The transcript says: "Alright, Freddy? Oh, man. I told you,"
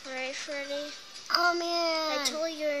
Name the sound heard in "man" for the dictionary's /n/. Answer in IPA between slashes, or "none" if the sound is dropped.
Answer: none